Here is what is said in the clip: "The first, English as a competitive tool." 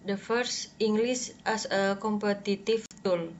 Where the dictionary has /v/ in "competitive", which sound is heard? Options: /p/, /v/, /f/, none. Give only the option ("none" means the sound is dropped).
/f/